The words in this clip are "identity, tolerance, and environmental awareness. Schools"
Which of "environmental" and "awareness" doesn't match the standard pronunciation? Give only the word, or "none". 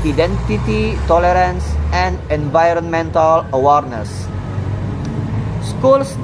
none